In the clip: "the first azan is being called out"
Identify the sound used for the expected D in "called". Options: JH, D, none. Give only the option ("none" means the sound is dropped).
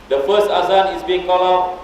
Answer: none